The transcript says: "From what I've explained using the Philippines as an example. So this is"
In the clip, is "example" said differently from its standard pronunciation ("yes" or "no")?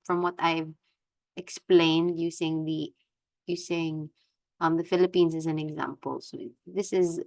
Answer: no